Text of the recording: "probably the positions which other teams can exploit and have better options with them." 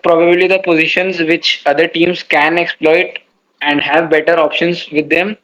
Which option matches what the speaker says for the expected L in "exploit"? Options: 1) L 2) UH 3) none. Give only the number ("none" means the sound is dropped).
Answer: 1